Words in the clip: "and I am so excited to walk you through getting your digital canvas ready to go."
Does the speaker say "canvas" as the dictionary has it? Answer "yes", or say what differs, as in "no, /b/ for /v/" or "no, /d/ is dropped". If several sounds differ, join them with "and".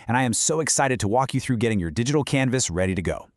yes